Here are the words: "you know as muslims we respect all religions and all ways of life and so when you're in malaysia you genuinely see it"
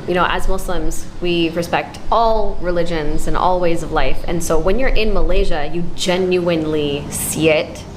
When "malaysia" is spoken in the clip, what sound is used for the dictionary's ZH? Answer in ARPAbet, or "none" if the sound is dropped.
ZH